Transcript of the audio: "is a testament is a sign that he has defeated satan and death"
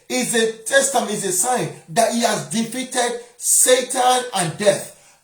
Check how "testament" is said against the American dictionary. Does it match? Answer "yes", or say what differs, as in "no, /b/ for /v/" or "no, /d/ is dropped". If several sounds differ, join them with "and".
no, /m/ is dropped